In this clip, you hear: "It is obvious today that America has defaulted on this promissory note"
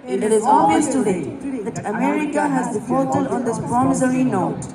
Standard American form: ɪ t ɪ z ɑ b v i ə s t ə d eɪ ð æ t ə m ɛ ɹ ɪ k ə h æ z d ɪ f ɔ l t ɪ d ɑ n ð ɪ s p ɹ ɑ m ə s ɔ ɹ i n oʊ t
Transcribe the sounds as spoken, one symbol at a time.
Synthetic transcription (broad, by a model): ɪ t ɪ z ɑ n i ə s t ə d eɪ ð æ t ə m ɛ ɹ ɪ k ə h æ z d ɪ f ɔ t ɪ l ɑ n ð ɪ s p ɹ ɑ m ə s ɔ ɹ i n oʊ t